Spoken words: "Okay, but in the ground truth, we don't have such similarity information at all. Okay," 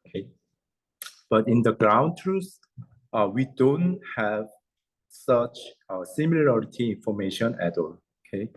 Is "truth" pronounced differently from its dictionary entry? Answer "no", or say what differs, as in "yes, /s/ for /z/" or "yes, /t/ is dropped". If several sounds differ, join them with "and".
yes, /s/ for /θ/